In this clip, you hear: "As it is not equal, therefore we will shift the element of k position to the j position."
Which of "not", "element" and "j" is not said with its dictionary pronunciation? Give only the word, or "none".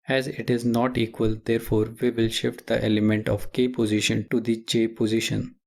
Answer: j